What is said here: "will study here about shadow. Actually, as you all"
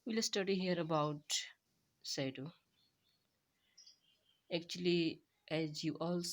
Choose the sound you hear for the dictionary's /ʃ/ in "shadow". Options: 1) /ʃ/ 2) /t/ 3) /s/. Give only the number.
3